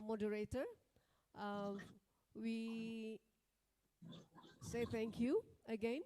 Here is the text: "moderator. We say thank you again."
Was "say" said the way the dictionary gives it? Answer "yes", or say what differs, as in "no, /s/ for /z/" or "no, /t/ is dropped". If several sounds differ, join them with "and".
yes